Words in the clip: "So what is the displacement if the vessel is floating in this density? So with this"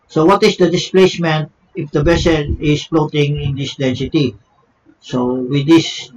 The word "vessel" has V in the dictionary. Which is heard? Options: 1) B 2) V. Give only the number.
1